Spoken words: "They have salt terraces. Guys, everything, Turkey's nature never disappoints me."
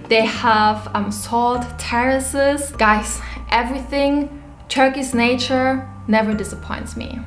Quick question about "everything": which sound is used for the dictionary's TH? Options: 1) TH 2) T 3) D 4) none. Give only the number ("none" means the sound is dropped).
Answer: 1